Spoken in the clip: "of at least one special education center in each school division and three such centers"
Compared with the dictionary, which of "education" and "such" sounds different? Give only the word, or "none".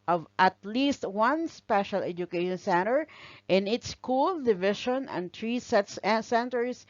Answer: such